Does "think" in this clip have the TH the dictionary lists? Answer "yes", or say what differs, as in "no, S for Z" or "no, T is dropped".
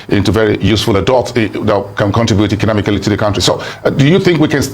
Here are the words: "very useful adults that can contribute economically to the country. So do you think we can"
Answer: yes